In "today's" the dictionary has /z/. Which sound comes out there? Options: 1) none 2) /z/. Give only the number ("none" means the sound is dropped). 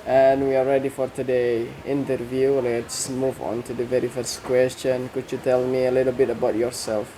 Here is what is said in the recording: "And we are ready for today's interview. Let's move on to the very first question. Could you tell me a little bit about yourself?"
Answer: 1